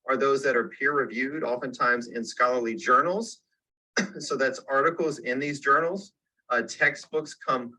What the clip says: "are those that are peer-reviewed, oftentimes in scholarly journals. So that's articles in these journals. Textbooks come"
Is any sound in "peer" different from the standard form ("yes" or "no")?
no